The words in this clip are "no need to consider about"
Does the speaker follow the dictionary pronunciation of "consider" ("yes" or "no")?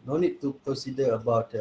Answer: no